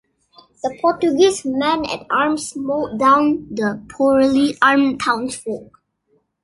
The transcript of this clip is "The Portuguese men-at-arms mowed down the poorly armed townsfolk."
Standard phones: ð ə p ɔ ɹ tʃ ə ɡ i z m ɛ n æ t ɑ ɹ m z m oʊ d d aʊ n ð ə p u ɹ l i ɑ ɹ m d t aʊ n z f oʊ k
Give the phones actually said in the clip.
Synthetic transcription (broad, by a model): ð ə p ɔ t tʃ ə ɡ i s m ɛ n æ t ɑ ɹ m s m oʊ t d aʊ n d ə p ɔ ɹ l i ɑ ɹ m t aʊ n s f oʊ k